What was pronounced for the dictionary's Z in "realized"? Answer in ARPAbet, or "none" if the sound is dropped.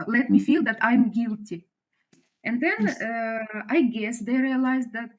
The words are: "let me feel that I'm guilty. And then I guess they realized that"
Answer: Z